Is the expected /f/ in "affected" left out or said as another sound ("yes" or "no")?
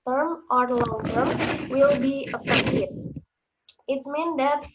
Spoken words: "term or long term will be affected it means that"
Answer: yes